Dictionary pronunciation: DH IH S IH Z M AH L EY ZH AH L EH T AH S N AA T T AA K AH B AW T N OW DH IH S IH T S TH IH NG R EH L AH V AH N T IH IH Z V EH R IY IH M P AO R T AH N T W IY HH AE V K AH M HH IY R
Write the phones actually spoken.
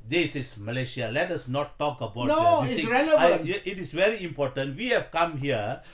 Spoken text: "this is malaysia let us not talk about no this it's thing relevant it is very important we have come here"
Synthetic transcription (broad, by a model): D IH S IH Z M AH L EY SH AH L EH T AH S N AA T T AA K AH B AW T N OW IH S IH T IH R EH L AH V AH T IH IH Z V EH R IY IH M P AO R T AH N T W IY HH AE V K AH M HH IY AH